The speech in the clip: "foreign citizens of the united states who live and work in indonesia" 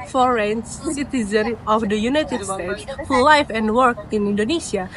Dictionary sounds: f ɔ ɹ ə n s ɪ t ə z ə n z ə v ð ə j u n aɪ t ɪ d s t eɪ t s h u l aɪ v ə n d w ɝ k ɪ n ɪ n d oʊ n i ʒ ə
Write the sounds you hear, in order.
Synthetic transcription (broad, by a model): f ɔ ɹ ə n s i t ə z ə n ə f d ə j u n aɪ t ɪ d s t eɪ t s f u l aɪ f ə n d w ɝ k ɪ n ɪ n d oʊ n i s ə